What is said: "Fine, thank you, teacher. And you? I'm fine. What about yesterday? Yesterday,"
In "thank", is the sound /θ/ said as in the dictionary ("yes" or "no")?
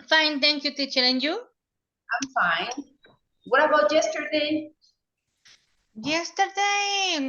no